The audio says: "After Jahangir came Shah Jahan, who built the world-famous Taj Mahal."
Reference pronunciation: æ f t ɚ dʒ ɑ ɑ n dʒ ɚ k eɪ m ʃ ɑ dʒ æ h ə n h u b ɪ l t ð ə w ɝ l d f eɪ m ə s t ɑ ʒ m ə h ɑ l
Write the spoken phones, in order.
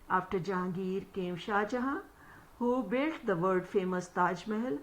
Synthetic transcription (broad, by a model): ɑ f t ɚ dʒ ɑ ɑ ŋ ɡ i k eɪ m ʃ ɑ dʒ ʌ h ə h u b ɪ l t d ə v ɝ d f eɪ m ə s t ɑ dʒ m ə h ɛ l